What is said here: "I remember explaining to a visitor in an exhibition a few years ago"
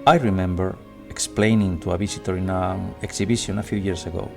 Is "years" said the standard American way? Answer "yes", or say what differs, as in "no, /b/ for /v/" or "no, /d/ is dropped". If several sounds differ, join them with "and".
no, /s/ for /z/